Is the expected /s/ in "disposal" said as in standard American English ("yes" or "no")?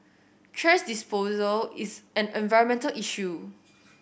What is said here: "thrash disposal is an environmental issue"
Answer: yes